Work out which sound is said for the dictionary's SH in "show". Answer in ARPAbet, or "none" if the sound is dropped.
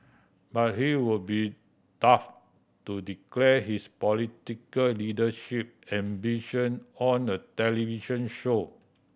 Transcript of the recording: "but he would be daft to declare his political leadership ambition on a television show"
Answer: SH